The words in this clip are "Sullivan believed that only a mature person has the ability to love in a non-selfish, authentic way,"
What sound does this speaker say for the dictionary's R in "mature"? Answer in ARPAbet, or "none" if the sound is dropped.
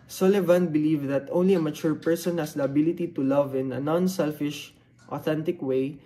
R